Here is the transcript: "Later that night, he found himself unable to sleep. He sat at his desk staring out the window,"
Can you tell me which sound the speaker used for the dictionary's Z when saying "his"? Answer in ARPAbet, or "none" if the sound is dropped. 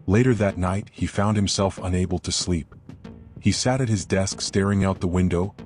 Z